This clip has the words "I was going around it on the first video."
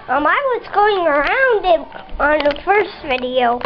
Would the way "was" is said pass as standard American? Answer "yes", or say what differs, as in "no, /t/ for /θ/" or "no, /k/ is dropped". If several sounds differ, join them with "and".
no, /s/ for /z/